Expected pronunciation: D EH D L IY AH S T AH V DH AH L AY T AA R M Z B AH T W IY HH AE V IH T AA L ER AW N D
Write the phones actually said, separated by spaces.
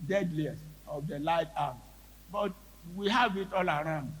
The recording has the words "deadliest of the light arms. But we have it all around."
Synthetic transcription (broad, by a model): D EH D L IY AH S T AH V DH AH L AY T AA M B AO T W IY HH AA V IH T AA L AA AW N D